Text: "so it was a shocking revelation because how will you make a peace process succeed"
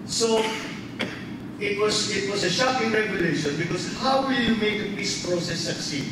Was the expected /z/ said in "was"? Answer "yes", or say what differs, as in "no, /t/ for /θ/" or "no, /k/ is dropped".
no, /s/ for /z/